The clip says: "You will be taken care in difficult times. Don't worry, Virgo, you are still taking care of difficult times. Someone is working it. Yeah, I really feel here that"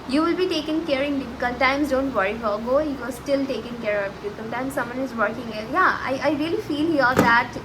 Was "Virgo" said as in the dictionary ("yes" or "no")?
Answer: no